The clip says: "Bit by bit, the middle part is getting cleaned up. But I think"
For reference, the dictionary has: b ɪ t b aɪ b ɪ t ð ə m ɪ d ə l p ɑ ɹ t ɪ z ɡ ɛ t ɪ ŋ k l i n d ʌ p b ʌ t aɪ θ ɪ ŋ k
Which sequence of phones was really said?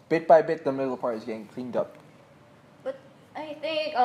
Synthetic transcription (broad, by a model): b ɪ t b aɪ b ɪ t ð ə m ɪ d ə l p ɑ ɹ t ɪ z ɡ ɛ t ɪ ŋ k l i n d ʌ p b ʌ t aɪ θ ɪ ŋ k